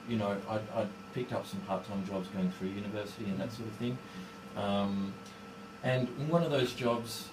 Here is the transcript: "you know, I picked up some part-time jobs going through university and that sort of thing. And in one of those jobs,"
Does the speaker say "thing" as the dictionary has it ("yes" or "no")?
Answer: yes